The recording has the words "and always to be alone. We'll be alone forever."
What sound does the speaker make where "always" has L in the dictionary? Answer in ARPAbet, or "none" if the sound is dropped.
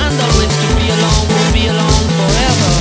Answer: none